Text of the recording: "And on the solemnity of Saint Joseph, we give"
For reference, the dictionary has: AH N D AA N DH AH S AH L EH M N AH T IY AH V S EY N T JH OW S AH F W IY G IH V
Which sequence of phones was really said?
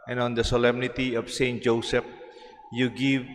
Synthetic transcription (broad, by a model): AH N AA N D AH S AH L EH M N AH T IY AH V S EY N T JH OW S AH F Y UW G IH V